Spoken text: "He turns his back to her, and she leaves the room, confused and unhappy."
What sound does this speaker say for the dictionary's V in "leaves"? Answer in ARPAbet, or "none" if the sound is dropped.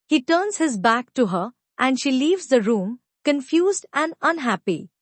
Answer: V